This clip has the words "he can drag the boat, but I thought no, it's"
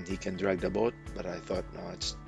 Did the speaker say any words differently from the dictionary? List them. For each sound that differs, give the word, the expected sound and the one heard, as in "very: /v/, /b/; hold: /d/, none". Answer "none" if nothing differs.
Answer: none